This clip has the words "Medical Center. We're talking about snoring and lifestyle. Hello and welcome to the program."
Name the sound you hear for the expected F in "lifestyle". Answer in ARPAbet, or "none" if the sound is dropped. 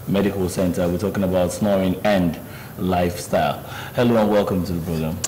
F